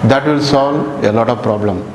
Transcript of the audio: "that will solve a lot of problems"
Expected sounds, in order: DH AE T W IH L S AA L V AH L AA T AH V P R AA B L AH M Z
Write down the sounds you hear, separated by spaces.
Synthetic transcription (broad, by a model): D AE T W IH L S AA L AH L AA T AH V P R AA B L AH M